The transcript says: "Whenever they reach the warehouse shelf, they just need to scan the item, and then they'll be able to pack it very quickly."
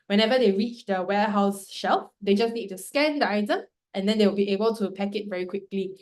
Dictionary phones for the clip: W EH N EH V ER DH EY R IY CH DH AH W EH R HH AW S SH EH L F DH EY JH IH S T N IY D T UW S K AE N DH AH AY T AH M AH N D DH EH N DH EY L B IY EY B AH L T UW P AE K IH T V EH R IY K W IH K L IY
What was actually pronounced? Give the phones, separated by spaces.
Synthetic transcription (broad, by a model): W EH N EH V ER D EY R IY CH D AH W EH HH AW S SH EH L F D EY JH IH S N IY D T UW S K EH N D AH AY T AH M AH N D EH N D EY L B IY EY B AH L T UW P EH K IH T V EH R IY K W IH K L IY